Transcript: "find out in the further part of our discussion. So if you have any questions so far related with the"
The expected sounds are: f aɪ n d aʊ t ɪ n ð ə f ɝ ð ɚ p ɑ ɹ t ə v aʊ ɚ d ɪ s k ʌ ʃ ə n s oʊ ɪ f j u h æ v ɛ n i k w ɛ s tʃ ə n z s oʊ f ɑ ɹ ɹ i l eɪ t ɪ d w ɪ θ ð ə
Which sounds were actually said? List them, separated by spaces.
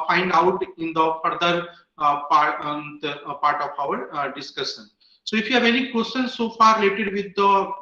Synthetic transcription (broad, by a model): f aɪ n d aʊ t ɪ n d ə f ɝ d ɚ p ɑ ɹ t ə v aʊ ɚ d ɪ s k ʌ ʃ ə n s oʊ ɪ f j u h æ v ɛ n i k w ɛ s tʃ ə n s s oʊ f ɑ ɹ ɹ i l eɪ t ɪ d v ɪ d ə